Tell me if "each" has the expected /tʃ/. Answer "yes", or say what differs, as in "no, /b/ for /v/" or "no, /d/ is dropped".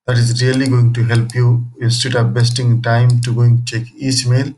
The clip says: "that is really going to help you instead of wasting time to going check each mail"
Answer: no, /s/ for /tʃ/